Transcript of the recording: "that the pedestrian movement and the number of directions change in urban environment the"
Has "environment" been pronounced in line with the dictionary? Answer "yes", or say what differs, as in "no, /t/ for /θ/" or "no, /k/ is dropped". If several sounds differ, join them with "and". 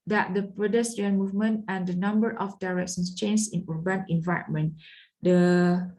no, /ɹ/ is dropped